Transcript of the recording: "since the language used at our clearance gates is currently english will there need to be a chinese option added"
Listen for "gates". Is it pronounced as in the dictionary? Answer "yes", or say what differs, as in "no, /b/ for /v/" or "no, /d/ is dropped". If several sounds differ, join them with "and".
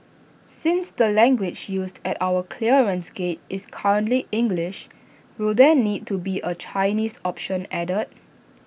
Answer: no, /s/ is dropped